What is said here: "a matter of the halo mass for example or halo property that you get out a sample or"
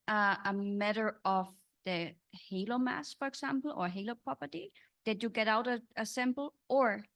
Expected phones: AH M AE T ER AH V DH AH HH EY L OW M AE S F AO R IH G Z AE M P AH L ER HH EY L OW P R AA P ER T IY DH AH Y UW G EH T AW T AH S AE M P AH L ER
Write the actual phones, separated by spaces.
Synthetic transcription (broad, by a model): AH M AE T ER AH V DH AH HH EY L OW M AE S F AO R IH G S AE M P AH L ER HH EY L OW P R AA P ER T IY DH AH Y UW G EH T AW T AH S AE M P L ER